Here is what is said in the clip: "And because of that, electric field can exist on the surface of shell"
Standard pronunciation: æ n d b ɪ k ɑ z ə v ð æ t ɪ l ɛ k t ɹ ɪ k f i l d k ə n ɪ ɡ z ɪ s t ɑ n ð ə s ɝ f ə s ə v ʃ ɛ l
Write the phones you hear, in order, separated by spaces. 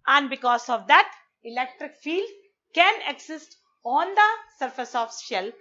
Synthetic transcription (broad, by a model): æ n d b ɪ k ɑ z ə v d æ t ɪ l ɛ k t ɹ ɪ k f i l d k ə n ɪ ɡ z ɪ s t ɑ n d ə s ɝ f ə s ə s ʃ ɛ l